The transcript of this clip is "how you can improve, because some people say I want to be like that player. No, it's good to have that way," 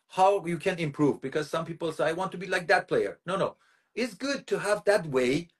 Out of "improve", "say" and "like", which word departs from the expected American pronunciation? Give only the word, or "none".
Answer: none